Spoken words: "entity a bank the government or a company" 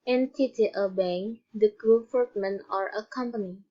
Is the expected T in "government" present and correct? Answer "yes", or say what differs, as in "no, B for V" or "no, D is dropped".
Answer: no, T is dropped